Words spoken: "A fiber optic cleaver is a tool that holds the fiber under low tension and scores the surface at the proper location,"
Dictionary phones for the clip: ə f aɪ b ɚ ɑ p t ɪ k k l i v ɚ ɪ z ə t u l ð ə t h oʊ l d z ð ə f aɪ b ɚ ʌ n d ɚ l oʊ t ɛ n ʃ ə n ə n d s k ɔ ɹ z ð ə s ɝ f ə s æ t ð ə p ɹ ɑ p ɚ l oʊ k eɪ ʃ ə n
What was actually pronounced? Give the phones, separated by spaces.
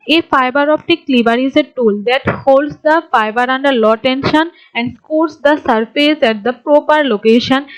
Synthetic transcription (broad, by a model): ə f aɪ b ɚ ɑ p t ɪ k k l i b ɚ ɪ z ə t u l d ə t h oʊ l d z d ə f aɪ b ɚ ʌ n d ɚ l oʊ t ɛ n ʃ ə n ə n d s k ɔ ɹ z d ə s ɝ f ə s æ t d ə p ɹ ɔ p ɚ l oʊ k eɪ ʃ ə n